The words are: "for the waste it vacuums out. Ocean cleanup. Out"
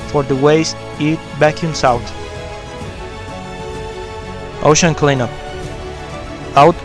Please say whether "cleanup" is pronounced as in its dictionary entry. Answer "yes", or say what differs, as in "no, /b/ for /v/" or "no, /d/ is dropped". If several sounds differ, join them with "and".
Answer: no, /p/ is dropped